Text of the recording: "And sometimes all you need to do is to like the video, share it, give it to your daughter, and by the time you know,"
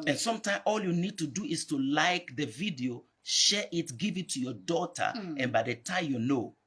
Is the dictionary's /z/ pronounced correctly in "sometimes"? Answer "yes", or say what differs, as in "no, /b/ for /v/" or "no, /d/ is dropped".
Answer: no, /z/ is dropped